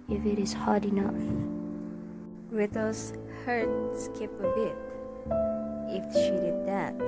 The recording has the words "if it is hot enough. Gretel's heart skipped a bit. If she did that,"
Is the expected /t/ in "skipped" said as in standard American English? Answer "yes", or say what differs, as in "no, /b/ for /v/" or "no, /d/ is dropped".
no, /t/ is dropped